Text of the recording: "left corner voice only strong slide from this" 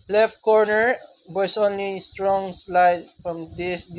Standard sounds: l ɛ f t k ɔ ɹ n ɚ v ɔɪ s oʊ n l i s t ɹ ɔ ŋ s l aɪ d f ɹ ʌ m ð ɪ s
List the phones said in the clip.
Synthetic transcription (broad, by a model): l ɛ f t k ɔ ɹ n ɚ b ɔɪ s oʊ n l i s t ɹ ɔ ŋ s l aɪ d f ɹ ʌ m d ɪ s